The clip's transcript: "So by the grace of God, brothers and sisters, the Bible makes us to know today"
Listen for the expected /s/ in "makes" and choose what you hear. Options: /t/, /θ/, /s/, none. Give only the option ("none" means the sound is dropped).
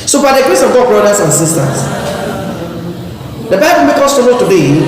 none